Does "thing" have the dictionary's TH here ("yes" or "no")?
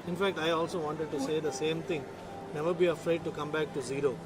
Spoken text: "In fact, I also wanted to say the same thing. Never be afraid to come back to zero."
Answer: no